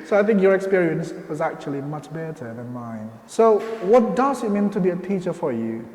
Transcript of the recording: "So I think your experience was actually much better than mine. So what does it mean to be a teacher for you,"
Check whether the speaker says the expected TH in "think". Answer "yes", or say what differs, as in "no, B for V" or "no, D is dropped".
yes